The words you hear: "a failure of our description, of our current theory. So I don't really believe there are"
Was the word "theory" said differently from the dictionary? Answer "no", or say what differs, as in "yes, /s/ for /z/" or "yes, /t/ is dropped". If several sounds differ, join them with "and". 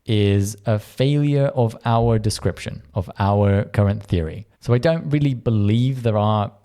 no